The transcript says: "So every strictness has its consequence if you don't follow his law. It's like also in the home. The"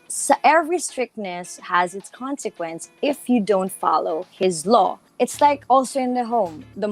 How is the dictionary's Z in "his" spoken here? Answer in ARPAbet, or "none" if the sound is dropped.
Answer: Z